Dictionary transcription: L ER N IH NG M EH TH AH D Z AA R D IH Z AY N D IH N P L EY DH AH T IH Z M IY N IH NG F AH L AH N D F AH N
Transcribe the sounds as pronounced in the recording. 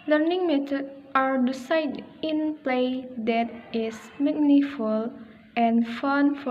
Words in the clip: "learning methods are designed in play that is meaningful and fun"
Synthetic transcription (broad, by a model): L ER N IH NG M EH T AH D AA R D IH S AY D IH N P L EY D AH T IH S M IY N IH F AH L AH N F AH N